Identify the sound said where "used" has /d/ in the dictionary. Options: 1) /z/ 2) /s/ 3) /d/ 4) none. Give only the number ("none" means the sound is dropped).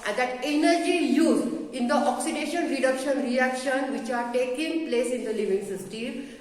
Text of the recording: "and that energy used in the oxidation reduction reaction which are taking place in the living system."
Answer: 4